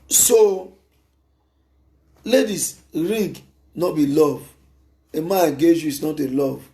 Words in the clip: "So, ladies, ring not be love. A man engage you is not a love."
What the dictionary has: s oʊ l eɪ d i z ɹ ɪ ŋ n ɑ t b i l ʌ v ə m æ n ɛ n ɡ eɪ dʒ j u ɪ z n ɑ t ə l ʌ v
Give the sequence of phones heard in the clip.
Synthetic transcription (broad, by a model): s oʊ l eɪ d i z ɹ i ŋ n ɑ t b i l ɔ v ə m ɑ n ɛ ɡ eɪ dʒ j u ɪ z n ɑ t ə l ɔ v